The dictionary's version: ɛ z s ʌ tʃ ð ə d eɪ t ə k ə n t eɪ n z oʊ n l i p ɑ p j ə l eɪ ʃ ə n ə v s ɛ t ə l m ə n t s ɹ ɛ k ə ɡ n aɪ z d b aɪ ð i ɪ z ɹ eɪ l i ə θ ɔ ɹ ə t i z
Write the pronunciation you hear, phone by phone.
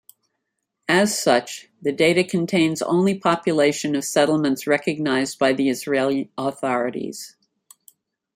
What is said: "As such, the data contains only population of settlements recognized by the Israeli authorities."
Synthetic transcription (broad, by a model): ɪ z s ʌ tʃ ð ə d eɪ t ə k ə n t eɪ n z oʊ n l i p ɑ p j ə l eɪ ʃ ə n ə v s ɛ t l m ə n t s ɹ ɛ k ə ɡ n aɪ z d b aɪ ð i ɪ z ɹ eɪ l i ə θ ɔ ɹ ə t i z